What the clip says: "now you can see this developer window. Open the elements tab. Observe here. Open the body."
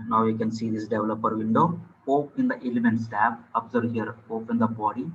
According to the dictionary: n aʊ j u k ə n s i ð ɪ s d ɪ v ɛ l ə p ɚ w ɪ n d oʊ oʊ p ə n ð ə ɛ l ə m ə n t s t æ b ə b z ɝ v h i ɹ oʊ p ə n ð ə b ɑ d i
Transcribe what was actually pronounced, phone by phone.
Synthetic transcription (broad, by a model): n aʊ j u k ə n s i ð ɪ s d ɪ v ɛ l ə p ɚ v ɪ n d oʊ oʊ p ə n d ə ɛ l ə m ə n t s t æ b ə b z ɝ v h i ɹ oʊ p ə n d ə b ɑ d i